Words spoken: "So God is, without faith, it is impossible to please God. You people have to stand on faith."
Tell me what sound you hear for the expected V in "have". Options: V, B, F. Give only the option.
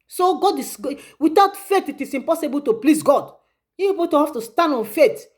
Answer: F